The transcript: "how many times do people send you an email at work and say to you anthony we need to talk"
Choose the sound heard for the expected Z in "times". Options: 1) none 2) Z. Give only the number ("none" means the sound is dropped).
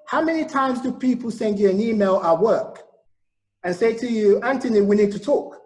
2